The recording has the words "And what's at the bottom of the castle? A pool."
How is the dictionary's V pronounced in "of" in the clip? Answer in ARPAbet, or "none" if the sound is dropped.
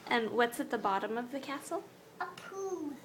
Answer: V